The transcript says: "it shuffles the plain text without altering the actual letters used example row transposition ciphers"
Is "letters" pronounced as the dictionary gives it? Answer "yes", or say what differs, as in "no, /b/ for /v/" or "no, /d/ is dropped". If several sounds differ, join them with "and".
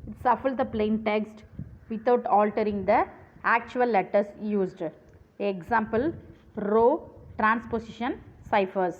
no, /s/ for /z/